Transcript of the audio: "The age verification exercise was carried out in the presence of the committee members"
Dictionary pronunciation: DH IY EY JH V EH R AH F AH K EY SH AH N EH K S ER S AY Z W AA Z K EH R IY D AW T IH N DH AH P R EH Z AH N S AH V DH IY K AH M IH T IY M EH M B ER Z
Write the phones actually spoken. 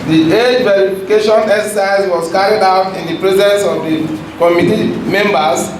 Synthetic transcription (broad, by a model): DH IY EY JH V EH R AH F AH K EY SH AH N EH K S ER S AY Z W AA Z K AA R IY D AW T IH N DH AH P R EH Z AH N S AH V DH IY K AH M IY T IY M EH M B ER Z